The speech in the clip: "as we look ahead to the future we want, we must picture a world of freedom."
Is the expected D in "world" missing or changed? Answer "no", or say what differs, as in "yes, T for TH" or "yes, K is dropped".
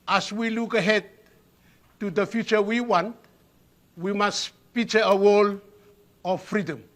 yes, D is dropped